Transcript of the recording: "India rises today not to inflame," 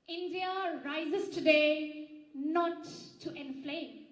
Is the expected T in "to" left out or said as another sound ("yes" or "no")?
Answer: no